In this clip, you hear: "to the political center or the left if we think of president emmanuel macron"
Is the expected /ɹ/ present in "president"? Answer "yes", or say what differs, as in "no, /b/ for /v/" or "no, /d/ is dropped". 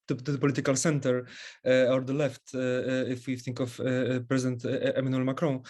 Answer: yes